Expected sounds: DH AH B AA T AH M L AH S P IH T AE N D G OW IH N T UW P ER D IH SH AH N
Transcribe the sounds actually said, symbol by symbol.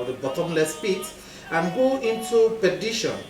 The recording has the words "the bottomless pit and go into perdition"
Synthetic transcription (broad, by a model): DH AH B AA T AH M L AH S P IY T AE N G OW IH N T UW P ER D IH SH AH N